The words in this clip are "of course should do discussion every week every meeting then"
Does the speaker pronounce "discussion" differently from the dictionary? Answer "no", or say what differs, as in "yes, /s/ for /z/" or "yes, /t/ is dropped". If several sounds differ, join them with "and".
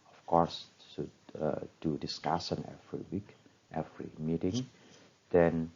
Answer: yes, /s/ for /ʃ/